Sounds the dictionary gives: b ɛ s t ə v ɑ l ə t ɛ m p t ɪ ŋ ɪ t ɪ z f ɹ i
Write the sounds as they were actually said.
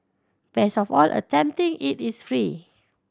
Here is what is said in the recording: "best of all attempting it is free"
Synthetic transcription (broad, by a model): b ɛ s ə f ɑ l ə t ɛ m p t ɪ ŋ ɪ t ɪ s f ɹ i